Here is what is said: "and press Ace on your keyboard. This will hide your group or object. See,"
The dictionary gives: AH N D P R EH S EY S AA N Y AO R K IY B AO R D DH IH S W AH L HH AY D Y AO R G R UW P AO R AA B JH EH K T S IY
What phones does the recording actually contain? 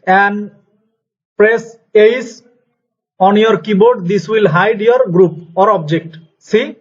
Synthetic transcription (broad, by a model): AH N D P R EH S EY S AA N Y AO R K IY B AO R D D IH S W AH L HH AY D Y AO R G R UW P AO R AA B JH EH K T S IY